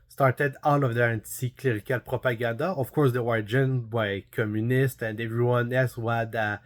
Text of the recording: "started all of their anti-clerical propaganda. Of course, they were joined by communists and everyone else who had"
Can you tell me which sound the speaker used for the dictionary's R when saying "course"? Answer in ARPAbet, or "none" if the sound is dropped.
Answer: R